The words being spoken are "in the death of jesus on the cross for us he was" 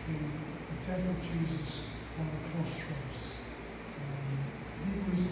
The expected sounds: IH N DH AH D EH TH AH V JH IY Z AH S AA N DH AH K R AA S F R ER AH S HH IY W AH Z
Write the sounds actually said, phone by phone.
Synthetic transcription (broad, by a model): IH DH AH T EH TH AH V JH IY Z AH S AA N DH AH K R AA S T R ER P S HH IY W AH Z